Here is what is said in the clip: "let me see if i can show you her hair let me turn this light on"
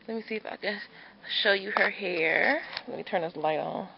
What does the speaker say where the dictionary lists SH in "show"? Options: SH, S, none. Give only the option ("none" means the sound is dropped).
SH